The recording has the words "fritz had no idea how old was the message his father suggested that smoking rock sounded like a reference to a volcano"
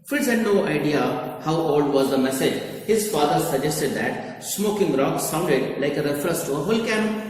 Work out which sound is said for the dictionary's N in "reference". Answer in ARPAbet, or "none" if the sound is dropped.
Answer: none